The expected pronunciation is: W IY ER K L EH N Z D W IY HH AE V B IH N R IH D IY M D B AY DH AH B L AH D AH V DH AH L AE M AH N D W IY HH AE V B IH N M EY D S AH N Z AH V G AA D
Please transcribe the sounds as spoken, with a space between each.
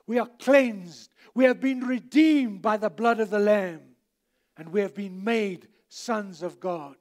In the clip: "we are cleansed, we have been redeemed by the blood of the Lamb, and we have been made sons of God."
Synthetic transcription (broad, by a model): W IY ER K L EH N Z D W IY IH V B IH N R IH D IY M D B AY DH AH B L AH D AH V DH AH L AE M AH N W IY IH V B IH N M EY D S AH N Z AH V G AA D